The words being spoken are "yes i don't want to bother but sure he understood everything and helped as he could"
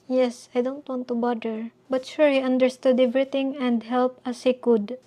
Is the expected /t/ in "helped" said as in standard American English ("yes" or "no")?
no